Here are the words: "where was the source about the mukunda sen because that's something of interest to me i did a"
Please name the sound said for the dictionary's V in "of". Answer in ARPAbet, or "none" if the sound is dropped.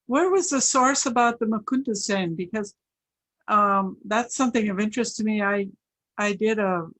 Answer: V